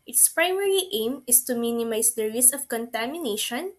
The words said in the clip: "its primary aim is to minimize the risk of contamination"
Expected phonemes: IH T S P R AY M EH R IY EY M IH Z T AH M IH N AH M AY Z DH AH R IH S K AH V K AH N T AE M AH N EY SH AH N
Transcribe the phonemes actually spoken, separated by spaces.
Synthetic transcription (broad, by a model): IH T S P R AY M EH R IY EY M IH S T AH M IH N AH M AY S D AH R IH S AH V K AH N T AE M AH N EY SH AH N